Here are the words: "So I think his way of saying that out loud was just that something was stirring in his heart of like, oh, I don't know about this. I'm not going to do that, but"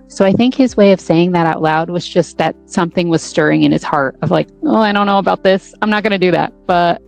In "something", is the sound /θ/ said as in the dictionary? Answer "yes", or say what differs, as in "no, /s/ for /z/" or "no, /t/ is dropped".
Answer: yes